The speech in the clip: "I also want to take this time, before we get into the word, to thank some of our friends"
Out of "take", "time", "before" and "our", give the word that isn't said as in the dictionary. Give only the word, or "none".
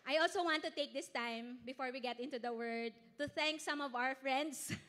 none